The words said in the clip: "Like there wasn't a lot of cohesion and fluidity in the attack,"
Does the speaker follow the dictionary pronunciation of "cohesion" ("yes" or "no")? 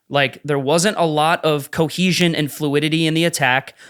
yes